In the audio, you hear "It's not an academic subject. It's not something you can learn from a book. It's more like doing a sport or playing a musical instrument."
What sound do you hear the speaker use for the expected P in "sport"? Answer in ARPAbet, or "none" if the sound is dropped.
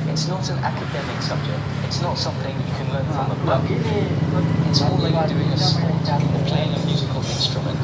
none